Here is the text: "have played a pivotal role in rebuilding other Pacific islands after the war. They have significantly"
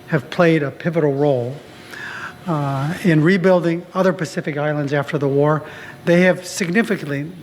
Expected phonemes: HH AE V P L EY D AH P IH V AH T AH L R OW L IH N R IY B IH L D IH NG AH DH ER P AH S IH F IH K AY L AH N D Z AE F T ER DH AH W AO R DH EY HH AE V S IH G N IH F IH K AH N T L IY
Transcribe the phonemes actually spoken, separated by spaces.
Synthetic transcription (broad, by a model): HH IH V P L EY D AH P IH V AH T L R OW L IH N R IY B IH L D IH NG AH DH ER P AH S IH F IH K AY L AH N D Z AE F T ER DH AH W AO R DH EY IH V S IH G N IH F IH K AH N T L IY